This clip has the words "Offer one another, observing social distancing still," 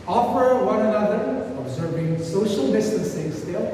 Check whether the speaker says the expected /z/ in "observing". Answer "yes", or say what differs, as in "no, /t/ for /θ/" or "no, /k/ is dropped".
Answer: yes